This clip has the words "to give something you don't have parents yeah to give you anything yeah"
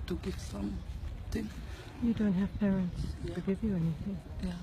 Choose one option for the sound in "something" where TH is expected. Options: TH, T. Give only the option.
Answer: T